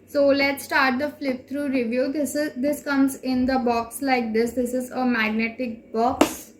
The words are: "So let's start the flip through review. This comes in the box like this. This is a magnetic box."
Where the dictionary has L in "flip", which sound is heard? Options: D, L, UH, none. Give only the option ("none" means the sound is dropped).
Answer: L